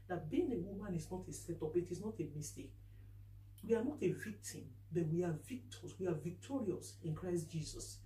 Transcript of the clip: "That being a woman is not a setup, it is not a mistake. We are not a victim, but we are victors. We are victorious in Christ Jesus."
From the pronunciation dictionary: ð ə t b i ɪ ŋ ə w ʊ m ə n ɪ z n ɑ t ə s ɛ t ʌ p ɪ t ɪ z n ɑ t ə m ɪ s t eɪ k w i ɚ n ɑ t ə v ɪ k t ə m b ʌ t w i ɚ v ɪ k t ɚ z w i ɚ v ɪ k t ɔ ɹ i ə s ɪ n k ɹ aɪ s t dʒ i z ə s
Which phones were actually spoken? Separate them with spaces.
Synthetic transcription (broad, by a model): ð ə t b i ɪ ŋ ə w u m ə n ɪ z n ɑ t ə s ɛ t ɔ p ɪ t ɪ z n ɑ t ə m ɪ s t eɪ k w i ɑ n ɑ t ə v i k t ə m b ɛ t w i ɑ v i k t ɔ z w i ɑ v ɪ k t ɔ ɹ i ə s ɪ n k ɹ aɪ s t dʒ i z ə s